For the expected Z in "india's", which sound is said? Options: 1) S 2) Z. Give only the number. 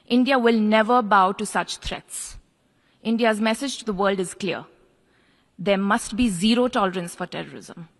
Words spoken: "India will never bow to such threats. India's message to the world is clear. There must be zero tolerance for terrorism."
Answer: 2